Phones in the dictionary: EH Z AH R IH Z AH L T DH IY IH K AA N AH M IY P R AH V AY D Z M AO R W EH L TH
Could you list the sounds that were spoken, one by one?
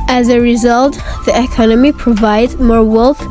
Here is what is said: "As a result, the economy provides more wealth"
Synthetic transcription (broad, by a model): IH Z AH R IH Z AH L T DH IY IH K AA N AH M IY P R AH V AY D Z M AO R W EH L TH